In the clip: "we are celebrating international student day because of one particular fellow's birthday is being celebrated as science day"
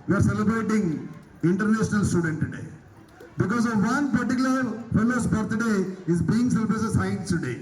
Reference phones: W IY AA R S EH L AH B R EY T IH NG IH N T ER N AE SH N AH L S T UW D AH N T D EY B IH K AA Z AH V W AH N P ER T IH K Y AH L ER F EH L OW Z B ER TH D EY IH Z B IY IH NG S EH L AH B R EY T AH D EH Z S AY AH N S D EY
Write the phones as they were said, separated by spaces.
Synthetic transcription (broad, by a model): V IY AA R S EH L AH B R EY T IH NG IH N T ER N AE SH N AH L S T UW D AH N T D EY B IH K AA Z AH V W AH N P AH T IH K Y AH L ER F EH L OW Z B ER T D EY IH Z B IY IH NG S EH L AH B R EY S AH S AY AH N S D EY